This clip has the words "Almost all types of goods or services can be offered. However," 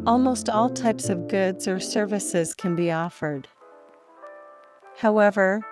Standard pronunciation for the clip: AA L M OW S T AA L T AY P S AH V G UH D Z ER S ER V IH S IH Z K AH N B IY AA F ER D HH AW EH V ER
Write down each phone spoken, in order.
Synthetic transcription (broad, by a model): AA L M OW S T AA L T AY P S AH V G UH D Z ER S ER V IH S IH Z K AH N B IY AA F ER D HH AW EH V ER